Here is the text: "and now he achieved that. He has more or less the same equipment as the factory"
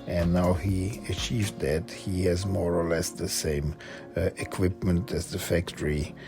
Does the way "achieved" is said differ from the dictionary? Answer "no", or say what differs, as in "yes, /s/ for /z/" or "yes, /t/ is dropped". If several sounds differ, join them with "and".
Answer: no